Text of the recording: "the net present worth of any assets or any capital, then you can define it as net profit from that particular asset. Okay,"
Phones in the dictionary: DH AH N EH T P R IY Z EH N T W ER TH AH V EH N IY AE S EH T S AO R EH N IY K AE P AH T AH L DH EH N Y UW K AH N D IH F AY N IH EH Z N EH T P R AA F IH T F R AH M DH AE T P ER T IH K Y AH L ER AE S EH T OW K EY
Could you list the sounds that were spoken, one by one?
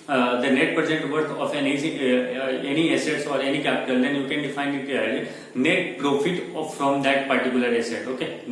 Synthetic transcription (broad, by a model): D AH N EH T P R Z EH N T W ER F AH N EH N IY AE S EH T S AO R EH N IY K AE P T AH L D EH N Y UW K AH N D IH F AY N IH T N EH T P R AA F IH T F R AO M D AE T P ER T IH K Y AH L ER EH S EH T OW K EY